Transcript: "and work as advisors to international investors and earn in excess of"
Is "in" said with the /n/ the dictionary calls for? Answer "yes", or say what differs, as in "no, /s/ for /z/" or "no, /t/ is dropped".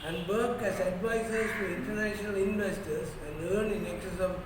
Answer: no, /l/ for /n/